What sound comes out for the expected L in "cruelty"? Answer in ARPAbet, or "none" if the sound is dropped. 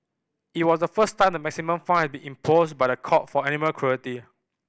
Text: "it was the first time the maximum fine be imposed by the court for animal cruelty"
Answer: none